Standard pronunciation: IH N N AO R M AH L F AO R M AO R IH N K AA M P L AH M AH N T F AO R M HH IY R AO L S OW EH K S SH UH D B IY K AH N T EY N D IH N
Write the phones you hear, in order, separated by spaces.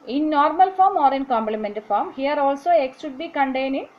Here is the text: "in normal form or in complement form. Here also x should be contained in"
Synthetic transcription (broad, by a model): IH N N AO R M AH L F AO R M AO R IH N K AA M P L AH M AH N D F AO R M HH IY R AO L S OW EH K S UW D B IY K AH N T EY N IH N